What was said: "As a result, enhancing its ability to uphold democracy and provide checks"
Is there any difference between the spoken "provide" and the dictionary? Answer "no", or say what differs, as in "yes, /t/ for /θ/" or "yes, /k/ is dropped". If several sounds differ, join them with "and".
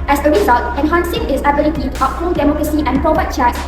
yes, /b/ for /v/